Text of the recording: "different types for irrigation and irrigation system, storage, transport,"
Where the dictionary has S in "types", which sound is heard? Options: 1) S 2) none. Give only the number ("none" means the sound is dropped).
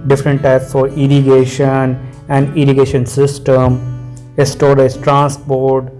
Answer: 1